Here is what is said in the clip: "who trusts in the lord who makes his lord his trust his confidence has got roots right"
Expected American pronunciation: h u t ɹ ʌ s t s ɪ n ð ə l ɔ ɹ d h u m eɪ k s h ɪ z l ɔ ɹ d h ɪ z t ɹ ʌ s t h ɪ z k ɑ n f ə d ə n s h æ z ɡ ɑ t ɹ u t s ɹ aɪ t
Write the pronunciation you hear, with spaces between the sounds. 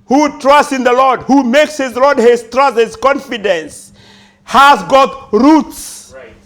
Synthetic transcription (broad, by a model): h u t ɹ ʌ s t s ɪ n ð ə l ɔ ɹ d h u m eɪ k s h ɪ z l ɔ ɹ d h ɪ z t ɹ ʌ s t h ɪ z k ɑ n f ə d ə n s h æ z ɡ ɑ t ɹ u t s